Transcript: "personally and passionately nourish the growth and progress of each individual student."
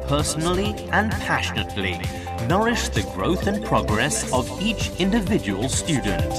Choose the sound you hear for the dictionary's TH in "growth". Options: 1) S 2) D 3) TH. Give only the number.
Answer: 3